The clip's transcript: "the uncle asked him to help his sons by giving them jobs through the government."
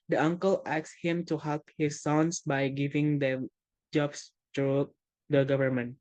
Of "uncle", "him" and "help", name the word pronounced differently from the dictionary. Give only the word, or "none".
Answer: none